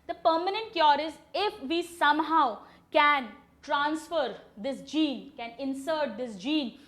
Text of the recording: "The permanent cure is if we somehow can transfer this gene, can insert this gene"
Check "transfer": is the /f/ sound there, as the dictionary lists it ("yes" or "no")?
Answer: yes